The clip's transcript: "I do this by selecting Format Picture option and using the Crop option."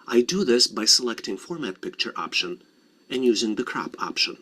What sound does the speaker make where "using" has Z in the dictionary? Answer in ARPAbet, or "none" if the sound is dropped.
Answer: Z